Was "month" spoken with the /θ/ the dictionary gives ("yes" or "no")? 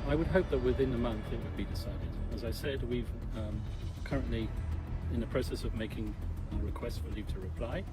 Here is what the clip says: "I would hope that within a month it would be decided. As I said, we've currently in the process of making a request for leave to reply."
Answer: yes